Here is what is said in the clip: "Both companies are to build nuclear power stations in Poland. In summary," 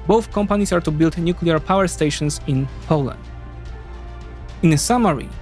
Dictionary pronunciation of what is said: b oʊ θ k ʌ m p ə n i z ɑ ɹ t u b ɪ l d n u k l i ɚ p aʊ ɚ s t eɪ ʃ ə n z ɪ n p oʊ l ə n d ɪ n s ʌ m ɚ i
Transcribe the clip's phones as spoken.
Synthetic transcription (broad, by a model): b oʊ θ k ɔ m p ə n i s ɑ ɹ t u b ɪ l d n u k l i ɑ p aʊ ɚ s t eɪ ʃ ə n s ɪ n p oʊ l ə n d ɪ n s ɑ m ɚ i